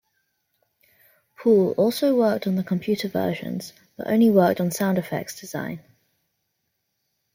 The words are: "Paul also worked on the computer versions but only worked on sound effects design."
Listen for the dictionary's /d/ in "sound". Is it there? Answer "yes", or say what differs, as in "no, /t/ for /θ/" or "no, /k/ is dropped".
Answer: yes